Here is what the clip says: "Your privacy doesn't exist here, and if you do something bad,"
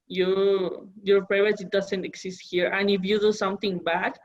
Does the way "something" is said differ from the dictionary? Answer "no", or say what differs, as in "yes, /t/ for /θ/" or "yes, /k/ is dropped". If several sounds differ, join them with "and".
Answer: yes, /t/ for /θ/